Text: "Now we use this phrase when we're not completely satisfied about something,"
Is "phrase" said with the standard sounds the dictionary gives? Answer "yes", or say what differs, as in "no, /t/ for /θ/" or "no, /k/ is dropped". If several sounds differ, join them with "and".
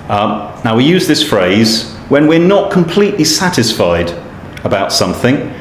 yes